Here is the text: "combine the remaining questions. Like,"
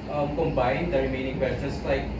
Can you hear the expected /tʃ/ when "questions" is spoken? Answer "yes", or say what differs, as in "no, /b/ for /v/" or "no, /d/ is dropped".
no, /tʃ/ is dropped